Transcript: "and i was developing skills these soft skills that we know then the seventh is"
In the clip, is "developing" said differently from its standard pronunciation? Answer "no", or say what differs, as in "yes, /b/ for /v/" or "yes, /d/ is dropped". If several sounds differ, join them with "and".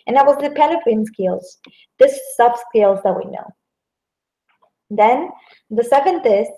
yes, /p/ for /v/